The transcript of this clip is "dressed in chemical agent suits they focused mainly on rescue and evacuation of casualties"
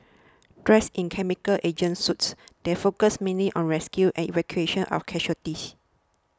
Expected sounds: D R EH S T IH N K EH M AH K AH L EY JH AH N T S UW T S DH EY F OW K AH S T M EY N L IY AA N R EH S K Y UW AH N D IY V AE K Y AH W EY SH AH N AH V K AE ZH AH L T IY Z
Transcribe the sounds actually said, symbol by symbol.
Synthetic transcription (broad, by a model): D R EH S IH N K EH M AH K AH L EY JH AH N S UW T S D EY F OW K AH S M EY N L IY AA N R EH S K Y UW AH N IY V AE K Y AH EY SH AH N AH F K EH SH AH T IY S